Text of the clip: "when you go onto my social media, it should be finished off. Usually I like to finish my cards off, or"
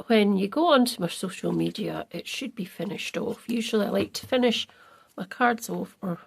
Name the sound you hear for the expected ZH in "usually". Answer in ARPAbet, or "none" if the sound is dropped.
ZH